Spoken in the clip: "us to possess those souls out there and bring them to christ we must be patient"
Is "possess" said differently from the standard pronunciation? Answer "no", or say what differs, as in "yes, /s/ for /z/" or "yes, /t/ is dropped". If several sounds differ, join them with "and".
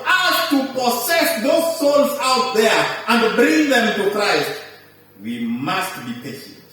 yes, /s/ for /z/